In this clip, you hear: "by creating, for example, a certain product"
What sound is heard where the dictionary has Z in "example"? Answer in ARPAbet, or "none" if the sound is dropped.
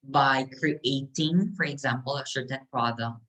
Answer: Z